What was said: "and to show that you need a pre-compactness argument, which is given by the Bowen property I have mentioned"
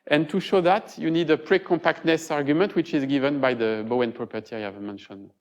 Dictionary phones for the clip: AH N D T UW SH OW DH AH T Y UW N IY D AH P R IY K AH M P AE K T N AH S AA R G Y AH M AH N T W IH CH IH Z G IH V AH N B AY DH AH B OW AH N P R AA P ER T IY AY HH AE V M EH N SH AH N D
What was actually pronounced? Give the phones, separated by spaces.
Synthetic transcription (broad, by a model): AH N T UW SH OW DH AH T Y UW N IY D AH P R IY K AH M P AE K T N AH S AA R G Y AH M AH N T W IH CH IH Z G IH V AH N B AY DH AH B OW AH N P R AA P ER T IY AY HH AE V M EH N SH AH N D